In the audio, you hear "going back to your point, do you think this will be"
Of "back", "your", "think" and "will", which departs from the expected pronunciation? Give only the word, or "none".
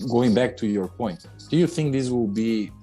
none